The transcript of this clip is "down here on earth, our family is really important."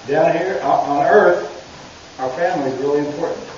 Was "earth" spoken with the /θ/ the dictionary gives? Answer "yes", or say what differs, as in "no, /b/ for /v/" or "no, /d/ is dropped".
yes